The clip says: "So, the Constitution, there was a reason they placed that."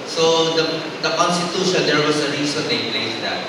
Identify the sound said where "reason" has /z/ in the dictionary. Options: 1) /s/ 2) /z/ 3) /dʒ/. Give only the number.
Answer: 1